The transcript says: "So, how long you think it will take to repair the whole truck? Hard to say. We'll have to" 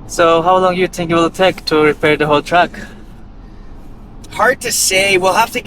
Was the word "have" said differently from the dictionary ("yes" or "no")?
yes